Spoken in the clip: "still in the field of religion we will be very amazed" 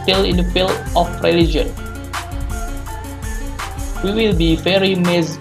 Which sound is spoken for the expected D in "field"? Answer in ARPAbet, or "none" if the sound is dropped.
none